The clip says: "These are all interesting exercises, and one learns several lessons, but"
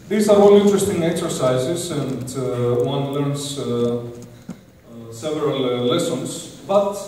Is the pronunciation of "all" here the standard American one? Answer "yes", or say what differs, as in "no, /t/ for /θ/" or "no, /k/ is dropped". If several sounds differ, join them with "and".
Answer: yes